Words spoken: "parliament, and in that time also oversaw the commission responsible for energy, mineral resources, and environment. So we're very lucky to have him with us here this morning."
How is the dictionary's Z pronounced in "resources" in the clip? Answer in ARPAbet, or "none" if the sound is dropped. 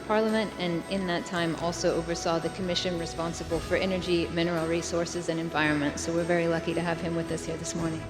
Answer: Z